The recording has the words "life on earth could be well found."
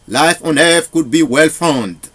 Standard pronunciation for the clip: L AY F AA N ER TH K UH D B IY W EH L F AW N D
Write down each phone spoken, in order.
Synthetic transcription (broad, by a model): L AY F AA N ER F K UH D B IY W EH L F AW N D